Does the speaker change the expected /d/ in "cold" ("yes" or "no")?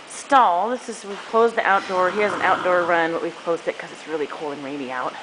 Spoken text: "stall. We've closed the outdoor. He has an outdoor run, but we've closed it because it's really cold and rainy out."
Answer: yes